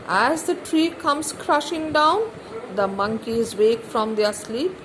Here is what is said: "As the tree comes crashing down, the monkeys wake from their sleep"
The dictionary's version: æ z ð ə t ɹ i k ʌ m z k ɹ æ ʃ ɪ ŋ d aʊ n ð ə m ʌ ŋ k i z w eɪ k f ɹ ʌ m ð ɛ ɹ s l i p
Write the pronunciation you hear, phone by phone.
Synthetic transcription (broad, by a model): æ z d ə t ɹ i k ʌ m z k ɹ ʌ ʃ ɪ ŋ d aʊ n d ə m ʌ ŋ k i z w eɪ k f ɹ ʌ m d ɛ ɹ s l i p